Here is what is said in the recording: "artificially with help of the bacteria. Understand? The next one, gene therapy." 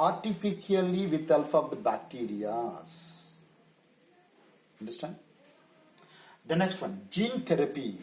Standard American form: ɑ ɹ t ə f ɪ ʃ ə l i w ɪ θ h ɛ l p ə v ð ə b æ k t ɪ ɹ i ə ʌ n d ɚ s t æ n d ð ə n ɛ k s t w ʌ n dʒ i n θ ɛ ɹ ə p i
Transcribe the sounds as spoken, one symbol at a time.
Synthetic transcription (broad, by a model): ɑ ɹ t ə f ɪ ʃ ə l i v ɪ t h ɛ l f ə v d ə b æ k t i ɹ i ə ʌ n d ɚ s t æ n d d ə n ɛ k s t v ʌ n dʒ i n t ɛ ɹ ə p i